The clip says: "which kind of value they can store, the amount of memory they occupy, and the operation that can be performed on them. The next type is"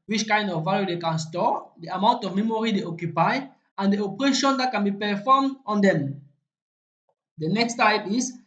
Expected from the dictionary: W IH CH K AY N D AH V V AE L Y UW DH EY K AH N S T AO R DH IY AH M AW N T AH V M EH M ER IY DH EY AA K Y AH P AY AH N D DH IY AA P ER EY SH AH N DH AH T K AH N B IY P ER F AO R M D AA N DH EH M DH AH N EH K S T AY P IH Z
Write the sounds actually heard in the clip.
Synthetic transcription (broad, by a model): W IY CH K AY N D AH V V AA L Y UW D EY K AH N S T AO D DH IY AH M AW N T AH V M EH M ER IY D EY AA K Y AH P AY AH N D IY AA P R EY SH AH N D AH T K AH N B IY P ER F AO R M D AA N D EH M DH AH N EH K S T AY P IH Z